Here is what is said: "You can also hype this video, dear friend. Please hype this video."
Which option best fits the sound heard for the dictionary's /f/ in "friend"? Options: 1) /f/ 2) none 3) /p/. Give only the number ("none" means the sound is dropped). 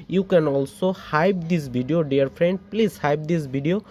3